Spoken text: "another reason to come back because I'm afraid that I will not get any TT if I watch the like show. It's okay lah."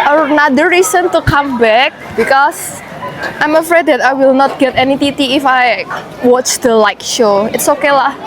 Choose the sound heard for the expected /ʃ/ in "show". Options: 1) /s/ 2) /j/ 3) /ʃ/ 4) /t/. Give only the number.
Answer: 3